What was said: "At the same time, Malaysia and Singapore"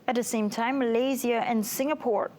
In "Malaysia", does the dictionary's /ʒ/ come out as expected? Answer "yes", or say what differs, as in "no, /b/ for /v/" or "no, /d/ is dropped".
no, /z/ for /ʒ/